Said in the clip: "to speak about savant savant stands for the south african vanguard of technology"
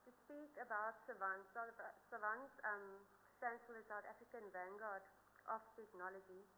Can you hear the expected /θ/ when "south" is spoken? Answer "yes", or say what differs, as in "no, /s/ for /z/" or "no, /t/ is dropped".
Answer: no, /t/ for /θ/